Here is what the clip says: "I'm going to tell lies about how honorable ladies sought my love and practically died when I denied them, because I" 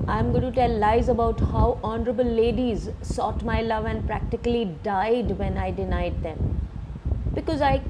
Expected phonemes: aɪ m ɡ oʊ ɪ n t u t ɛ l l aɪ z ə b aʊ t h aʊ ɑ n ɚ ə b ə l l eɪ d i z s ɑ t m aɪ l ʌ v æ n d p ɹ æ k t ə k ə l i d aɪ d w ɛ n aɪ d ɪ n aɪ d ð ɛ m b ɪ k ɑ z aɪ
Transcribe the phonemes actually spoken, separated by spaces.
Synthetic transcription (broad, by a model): aɪ m ɡ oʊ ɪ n t u t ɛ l l aɪ z ə b aʊ t h aʊ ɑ n ɚ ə b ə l l eɪ d i z s ɑ t m aɪ l ʌ v æ n d p ɹ æ k t ə k ə l i d aɪ d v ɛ n aɪ d ɪ n aɪ d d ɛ m b ɪ k ɑ z aɪ